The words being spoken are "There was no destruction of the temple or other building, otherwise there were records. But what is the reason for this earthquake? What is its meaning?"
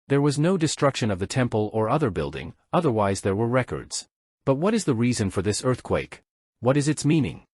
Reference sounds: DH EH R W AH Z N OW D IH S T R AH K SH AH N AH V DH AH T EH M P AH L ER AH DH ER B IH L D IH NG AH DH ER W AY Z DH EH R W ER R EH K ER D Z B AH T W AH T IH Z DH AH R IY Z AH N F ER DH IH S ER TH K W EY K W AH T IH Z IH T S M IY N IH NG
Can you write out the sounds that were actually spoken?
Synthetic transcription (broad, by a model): DH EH R W AH Z N OW D IH S T R AH K SH AH N AH V DH AH T EH M P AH L ER AH DH ER B IH L D IH NG AH DH ER W AY Z DH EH R W ER R EH K ER D Z B AH T W AH T IH Z DH AH R IY Z AH N F ER DH IH S ER TH K W EY K W AH T IH Z IH T S M IY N IH NG